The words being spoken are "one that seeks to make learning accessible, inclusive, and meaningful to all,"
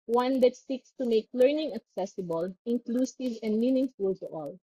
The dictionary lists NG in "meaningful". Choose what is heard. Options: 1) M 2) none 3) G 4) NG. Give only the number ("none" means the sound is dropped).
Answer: 4